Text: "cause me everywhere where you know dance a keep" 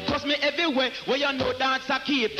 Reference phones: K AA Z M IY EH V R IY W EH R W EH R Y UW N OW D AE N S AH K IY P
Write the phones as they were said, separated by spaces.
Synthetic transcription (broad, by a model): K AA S M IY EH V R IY W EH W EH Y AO N OW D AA S AH K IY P